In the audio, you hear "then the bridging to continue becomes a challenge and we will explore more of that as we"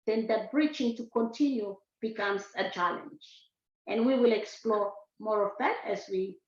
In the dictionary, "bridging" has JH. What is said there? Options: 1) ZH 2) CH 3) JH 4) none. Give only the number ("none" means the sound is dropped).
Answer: 2